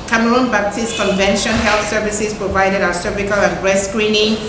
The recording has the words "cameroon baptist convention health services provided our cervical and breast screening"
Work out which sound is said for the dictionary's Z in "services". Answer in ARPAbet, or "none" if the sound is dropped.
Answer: S